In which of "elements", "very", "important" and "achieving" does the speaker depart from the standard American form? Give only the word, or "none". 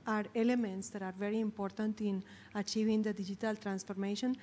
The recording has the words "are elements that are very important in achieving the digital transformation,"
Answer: none